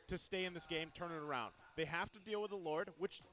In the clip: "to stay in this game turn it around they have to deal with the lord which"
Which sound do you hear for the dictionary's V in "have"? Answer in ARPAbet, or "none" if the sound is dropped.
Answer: F